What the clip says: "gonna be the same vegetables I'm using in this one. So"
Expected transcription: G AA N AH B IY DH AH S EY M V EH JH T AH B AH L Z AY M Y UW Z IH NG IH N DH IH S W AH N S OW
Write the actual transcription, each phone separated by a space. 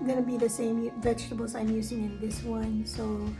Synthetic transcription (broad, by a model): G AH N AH B IY DH AH S EY M V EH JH T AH B L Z AY M Y UW Z IH NG IH N DH IH S W AH N S OW